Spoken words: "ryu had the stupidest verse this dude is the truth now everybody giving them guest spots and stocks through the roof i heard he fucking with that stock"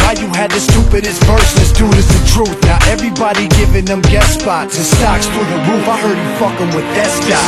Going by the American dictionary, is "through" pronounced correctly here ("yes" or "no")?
no